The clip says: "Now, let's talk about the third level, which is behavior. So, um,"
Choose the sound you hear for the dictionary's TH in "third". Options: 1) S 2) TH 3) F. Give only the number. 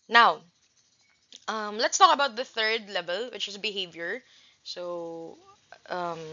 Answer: 2